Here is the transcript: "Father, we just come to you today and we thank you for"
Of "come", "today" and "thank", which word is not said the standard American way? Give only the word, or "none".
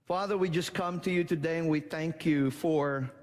none